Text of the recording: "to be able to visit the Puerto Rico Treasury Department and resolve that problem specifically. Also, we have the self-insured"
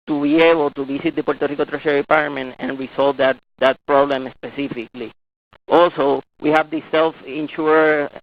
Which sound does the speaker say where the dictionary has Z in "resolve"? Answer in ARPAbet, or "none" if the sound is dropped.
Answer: S